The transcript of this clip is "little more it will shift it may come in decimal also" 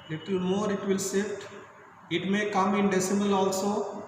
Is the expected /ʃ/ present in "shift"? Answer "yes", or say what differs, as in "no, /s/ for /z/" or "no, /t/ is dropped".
no, /s/ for /ʃ/